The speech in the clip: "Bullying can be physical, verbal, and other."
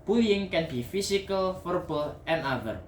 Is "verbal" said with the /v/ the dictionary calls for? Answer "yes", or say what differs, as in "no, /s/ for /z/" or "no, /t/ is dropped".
no, /f/ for /v/